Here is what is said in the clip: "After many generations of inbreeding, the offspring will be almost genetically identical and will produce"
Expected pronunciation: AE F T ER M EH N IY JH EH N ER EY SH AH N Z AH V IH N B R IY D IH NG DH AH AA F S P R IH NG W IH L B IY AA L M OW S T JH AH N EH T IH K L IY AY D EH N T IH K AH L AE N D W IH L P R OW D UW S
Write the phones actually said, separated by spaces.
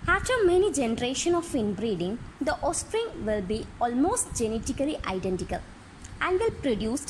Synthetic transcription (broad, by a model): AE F T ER M EH N IY JH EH N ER EY SH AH N AH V IH N B R IY D IH NG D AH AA S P R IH NG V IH L B IY AA L M OW S T JH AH N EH T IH K L IY AY D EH N T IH K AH L AE N D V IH L P R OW D UW S